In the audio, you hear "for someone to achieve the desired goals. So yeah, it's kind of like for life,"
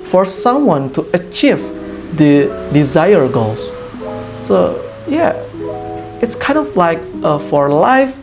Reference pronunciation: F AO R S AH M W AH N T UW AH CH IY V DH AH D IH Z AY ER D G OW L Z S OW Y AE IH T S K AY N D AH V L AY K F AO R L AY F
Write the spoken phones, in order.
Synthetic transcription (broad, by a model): F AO R S AH M W AH N T UW AH CH IY V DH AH D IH Z AY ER G OW L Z S OW Y AE IH T S K AY N D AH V L AY K F AO R L AY F